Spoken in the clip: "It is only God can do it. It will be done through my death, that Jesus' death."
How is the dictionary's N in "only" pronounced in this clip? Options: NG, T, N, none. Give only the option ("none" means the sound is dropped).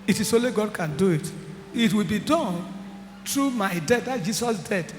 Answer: none